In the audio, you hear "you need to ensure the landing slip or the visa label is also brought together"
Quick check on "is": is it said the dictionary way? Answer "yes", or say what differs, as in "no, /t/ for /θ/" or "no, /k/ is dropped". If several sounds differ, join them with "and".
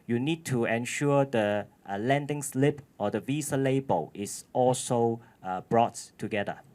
no, /s/ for /z/